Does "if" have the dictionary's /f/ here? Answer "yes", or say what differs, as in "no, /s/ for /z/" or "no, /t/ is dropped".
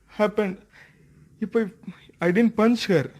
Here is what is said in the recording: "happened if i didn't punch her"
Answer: no, /p/ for /f/